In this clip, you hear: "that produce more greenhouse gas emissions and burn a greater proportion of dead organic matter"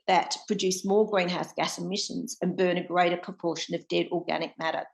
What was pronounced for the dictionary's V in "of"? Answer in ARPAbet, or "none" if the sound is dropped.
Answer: V